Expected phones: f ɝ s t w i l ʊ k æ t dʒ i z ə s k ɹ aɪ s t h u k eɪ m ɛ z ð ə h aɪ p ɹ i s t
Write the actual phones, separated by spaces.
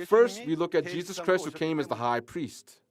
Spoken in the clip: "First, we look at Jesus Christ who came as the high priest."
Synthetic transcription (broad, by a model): f ɝ s t w i l ʊ k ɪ t dʒ i z ə s k ɹ aɪ s t h u k eɪ m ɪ z ð ə h aɪ p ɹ i s t